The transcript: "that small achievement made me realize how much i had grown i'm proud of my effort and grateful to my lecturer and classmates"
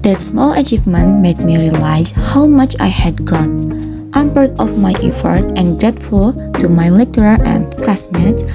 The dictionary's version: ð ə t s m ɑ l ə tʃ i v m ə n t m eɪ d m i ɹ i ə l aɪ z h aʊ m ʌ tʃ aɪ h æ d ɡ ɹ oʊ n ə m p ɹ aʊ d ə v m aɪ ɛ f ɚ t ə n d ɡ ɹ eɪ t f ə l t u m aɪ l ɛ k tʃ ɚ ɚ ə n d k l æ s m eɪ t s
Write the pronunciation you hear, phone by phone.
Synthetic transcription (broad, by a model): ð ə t s m ɑ l ə tʃ i v m ə n t m eɪ d m i ɹ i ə l aɪ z h aʊ m ʌ tʃ aɪ h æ d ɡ ɹ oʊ n ə m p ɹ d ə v m aɪ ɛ f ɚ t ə n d ɡ ɹ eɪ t f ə l t u m aɪ l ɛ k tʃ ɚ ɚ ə n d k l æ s m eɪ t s